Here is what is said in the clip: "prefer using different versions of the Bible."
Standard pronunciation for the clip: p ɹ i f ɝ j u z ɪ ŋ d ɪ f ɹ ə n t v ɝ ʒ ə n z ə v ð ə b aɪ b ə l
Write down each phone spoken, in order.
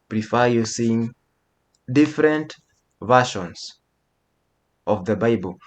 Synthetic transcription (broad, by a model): p ɹ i f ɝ j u s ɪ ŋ d ɪ f ɹ ə n t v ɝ ʃ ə n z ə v ð ə b aɪ b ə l